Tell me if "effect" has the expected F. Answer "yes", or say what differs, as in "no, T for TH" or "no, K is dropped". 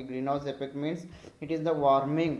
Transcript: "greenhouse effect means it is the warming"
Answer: no, P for F